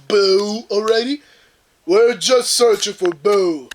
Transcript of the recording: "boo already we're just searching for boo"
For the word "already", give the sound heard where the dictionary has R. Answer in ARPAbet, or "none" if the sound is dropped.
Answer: R